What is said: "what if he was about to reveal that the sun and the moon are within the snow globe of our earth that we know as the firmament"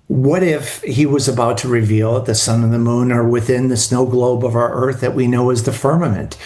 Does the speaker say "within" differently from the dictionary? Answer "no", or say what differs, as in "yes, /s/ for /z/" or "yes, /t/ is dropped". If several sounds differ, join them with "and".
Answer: no